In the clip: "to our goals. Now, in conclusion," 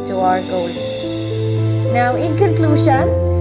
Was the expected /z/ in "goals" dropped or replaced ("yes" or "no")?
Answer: yes